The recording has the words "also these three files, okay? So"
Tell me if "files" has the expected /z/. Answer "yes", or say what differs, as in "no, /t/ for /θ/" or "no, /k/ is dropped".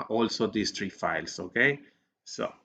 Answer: no, /s/ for /z/